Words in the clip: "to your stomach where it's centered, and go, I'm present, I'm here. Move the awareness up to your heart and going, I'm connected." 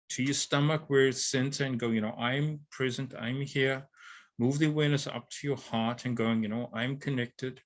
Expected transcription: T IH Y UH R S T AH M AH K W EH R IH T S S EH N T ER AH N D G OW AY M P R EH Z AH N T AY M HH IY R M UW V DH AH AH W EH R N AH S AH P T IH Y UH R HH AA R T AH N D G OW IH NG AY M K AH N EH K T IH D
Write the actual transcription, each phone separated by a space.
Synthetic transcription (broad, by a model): T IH Y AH R S T AH M AH K W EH R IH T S S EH N S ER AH N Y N OW AY M P R EH Z AH N T AY M HH IY R M UW V DH AH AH W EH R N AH S AH P T IH Y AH R HH AA R T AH N G OW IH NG AY M K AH N EH K T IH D